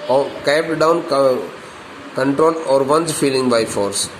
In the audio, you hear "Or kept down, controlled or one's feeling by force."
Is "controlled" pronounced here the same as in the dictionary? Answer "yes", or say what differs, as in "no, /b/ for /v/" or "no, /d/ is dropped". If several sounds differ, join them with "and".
no, /d/ is dropped